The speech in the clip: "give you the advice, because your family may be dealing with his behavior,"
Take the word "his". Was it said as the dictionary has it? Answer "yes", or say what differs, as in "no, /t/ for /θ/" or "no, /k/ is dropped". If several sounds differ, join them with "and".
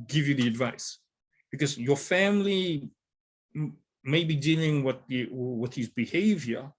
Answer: yes